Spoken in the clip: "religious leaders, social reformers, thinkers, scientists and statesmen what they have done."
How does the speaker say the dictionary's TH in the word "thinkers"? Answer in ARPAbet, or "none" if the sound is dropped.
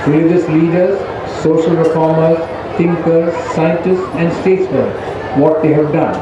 T